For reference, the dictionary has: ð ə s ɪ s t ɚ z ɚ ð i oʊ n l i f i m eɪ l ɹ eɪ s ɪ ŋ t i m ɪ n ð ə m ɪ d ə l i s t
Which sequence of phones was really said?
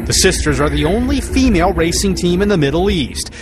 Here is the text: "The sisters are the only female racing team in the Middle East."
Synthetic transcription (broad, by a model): ð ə s ɪ s t ɚ z ɚ ð i oʊ n l i f i m eɪ l ɹ eɪ s ɪ ŋ t i m ɪ n ð ə m ɪ d l i s t